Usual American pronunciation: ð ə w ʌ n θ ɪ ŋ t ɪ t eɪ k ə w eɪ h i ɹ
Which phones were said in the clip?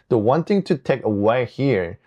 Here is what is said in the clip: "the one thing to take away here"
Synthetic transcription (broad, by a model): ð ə w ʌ n t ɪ ŋ t ɪ t eɪ k ə w eɪ h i ɹ